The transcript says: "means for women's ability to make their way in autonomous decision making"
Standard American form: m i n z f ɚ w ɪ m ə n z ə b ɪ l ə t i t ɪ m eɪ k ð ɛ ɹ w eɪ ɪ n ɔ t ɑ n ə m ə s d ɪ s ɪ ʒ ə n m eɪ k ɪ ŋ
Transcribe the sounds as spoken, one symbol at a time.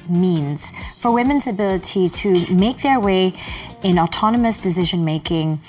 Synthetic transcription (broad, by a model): m i n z f ɚ w ɪ m ə n z ə b ɪ l ə t i t ɪ m eɪ k ð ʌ ɹ w eɪ ɪ n ɔ t ɑ n ə m ə s d ɪ s ɪ ʒ ə n m eɪ k ɪ ŋ